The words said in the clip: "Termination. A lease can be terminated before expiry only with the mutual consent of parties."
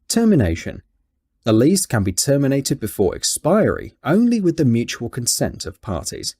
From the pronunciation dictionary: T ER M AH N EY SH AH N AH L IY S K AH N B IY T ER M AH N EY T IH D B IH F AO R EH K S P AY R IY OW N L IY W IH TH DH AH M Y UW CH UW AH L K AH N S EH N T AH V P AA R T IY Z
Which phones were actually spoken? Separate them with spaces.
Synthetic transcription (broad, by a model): T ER M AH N EY SH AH N AH L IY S K AH N B IY T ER M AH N EY T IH D B IH F AO R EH K S P AY R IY OW N L IY W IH DH AH M Y UW CH UW AH L K AH N S EH N T AH V P AA T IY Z